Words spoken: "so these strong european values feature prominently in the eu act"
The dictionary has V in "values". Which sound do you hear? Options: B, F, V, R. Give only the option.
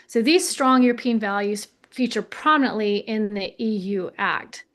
V